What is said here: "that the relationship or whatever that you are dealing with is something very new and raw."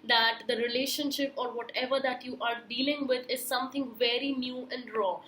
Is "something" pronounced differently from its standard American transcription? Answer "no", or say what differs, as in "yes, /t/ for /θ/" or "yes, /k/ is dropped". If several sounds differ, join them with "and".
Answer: yes, /t/ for /θ/